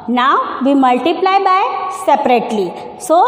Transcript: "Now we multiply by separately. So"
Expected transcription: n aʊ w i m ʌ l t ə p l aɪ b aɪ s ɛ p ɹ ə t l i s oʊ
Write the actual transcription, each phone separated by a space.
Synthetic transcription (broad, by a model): n aʊ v i m ʌ l t ə p l aɪ b aɪ s ɛ p ɹ ə t l i s oʊ